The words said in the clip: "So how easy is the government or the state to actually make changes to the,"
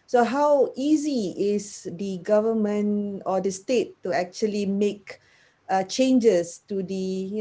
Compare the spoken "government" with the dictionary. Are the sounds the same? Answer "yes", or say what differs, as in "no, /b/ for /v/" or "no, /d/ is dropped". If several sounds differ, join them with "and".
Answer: no, /t/ is dropped